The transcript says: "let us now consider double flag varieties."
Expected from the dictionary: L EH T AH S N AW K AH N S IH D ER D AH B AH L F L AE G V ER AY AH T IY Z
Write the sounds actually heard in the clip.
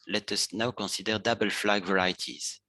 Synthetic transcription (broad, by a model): L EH T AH S N AW K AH S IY D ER D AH B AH L F L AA G V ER AY T IY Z